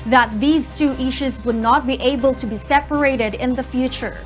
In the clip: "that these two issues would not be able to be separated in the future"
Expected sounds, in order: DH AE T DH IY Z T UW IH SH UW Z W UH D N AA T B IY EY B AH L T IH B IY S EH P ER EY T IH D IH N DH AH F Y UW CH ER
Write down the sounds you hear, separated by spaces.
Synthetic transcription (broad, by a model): DH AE T DH IY Z T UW IH SH UW Z W UH D N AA T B IY EY B AH L T IH B IY S EH P ER EY T IH D IH N DH AH F Y UW CH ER